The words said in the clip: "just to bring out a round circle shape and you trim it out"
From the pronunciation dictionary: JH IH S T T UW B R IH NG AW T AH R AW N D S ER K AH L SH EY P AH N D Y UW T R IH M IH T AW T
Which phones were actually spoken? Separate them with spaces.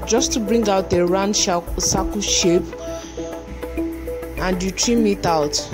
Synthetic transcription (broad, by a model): JH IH S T T UW B R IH NG AW T AH R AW N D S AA K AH SH EY P AH N D Y UW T R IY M IH T AW T